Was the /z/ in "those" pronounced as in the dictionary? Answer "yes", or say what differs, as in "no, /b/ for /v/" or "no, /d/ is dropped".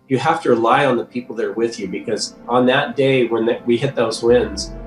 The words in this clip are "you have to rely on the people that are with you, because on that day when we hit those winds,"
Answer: yes